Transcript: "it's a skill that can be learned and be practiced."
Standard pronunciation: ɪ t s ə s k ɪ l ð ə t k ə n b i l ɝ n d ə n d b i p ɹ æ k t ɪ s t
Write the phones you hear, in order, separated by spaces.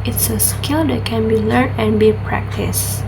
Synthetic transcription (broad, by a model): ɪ t s ə s k ɪ l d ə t k ə n b i l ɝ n ə n b i p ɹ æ k t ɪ s